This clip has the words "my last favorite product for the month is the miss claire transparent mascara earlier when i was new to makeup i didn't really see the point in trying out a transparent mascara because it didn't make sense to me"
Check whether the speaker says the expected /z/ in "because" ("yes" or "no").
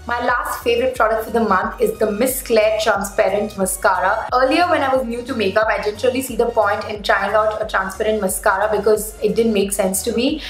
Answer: yes